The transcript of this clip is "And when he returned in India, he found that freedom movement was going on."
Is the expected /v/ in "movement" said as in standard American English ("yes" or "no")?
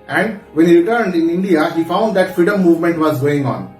yes